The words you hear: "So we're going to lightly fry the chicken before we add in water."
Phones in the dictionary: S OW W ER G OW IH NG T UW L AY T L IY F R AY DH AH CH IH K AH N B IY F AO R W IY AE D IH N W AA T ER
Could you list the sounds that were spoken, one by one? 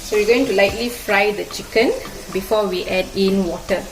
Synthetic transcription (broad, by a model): S OW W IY G OW IH NG T UW L AY T L IY F R AY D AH CH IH K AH N B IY F AO W IY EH D IH N W AA T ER